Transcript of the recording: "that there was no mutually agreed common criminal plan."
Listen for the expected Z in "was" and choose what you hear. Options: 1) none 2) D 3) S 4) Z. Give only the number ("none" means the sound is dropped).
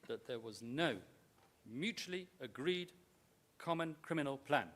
4